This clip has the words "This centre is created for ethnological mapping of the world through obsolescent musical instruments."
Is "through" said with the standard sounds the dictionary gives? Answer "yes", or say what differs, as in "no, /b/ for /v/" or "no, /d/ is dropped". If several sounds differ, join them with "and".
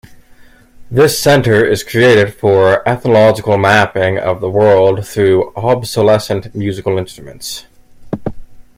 yes